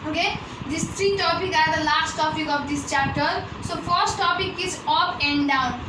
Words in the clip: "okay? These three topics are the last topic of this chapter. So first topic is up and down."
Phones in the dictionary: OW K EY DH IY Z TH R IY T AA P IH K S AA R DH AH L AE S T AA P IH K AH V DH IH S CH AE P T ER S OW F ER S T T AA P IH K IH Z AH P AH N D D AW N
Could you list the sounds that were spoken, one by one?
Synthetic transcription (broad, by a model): OW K EY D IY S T R IY T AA P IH K AA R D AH L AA S T AA P IH K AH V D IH S CH AE P T ER S OW F ER S T T AA P IH K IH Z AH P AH N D D AW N